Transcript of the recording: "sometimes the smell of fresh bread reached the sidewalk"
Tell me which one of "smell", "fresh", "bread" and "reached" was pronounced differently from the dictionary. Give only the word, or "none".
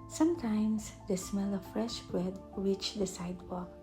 reached